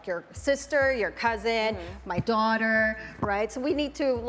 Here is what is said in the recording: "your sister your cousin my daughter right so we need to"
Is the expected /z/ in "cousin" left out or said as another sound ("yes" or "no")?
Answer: no